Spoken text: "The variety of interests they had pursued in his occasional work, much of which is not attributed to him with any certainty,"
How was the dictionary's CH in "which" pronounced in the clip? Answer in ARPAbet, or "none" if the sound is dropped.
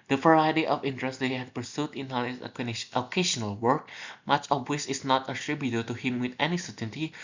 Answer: S